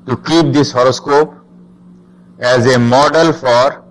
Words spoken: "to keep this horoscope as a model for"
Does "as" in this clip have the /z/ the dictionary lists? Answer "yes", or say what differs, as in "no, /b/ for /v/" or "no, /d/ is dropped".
yes